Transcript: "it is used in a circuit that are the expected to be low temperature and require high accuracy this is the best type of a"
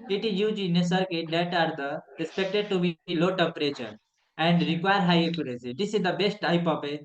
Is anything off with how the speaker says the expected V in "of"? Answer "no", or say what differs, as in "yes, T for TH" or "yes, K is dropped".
yes, P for V